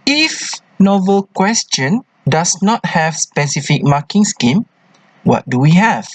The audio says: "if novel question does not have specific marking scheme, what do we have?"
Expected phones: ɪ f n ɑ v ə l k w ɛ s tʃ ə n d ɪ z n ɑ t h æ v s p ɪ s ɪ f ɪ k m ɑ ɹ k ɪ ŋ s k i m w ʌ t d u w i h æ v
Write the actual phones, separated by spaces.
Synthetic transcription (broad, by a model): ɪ f n ɑ v ə l k w ɛ s tʃ ə n d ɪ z n ɑ t h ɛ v s p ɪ s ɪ f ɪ k m ɑ k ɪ ŋ s k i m w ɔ t d u w i h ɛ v